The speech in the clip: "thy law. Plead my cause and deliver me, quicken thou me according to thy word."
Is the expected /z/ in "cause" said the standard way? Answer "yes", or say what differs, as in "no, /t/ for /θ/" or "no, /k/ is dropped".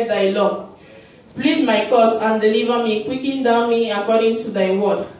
no, /s/ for /z/